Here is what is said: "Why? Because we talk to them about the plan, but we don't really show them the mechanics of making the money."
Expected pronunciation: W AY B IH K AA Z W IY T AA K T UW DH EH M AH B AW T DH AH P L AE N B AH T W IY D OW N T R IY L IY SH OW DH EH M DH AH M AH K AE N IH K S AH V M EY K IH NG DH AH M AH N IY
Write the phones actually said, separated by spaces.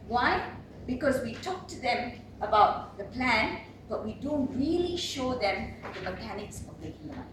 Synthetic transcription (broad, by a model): W AY B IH K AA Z W IY T AA K T UW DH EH M AH B AW T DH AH P L AE N B AH T W IY D OW N T R IY L IY SH OW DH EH M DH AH M AH K AE N IH K S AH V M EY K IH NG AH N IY